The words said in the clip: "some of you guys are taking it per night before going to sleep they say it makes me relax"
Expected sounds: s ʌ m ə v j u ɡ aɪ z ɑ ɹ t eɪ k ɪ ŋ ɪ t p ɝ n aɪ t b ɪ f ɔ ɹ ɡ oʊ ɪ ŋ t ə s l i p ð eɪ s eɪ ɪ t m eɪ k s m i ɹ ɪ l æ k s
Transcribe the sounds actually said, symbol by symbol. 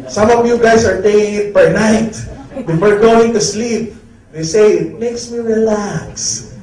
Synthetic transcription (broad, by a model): s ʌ m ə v j u ɡ aɪ s ɑ ɹ t eɪ k ɪ ŋ ɪ t b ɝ n aɪ t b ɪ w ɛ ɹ ɡ oʊ ɪ ŋ t ə s l i p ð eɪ s eɪ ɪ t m eɪ k s m i ɹ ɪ l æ k s